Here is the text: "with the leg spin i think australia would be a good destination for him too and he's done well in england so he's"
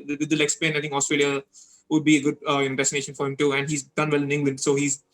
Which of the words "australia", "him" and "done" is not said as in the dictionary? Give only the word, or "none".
none